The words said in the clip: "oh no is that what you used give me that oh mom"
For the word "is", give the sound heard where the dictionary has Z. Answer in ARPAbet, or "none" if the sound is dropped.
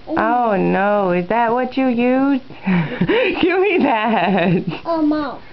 Z